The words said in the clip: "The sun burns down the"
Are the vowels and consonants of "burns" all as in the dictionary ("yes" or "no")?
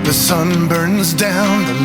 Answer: yes